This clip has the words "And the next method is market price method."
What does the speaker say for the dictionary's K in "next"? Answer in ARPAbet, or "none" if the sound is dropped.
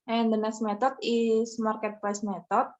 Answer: none